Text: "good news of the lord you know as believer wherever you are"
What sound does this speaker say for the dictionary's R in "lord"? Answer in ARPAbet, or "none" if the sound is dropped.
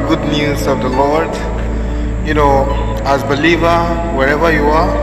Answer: R